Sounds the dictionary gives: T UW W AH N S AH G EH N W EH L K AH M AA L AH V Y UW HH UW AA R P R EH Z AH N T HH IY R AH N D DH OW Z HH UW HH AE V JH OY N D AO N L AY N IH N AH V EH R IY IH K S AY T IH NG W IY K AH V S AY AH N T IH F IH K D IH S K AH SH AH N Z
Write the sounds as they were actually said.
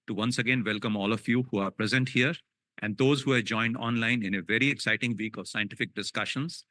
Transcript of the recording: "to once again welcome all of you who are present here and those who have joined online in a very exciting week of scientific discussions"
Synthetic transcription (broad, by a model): T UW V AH N S AH G EH N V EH L K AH M AA L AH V Y UW HH UW AA R P R EH Z AH N T HH IY R AH N D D OW Z HH UW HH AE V JH OY N D AO N L AY N IH N AH V EH R IY IH K S AY T IH NG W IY K AH V S AY AH N T IH F IH K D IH S K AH SH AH N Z